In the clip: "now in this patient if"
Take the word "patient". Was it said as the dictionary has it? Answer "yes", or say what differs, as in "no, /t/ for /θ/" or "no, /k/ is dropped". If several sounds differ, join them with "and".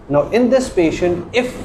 yes